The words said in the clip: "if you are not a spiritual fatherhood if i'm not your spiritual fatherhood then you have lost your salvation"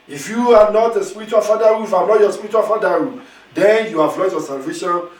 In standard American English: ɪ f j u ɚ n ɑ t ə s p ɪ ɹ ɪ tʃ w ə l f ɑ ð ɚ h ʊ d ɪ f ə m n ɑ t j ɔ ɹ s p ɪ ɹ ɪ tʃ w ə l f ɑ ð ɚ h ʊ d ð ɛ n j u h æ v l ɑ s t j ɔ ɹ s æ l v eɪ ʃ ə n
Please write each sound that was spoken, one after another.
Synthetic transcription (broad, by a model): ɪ f j u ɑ n ɑ t ə s p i ɹ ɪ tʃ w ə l f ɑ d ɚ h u ɪ f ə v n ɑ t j ɔ s p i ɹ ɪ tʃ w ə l f ɑ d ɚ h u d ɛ n j u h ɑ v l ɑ t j ɔ s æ l v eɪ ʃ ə n